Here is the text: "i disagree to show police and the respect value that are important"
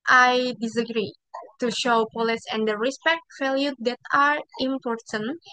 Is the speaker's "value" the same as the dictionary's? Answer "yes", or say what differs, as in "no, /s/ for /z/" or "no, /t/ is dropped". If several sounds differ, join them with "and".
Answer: no, /f/ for /v/